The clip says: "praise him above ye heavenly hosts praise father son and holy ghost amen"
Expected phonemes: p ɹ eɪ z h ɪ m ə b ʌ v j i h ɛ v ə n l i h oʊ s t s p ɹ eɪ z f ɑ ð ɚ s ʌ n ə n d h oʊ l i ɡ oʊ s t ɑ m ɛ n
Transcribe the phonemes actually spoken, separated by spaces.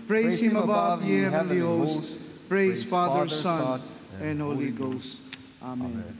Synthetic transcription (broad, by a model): p ɹ eɪ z h ɪ m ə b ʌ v j i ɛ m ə l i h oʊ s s p ɹ eɪ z f ɑ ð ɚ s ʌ n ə n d h oʊ l i ɡ oʊ s t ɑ m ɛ n